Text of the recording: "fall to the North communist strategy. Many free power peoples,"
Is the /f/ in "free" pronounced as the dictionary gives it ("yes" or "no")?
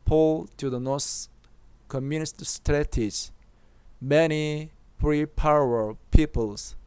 no